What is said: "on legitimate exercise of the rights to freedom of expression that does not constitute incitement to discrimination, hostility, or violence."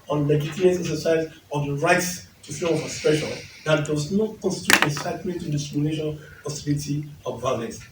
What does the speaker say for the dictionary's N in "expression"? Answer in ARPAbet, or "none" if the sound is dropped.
L